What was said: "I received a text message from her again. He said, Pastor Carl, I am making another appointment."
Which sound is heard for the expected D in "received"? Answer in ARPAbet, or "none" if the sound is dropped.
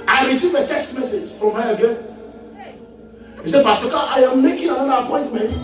none